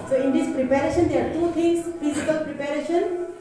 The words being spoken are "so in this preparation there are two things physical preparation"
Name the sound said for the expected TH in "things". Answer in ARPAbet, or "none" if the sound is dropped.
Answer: T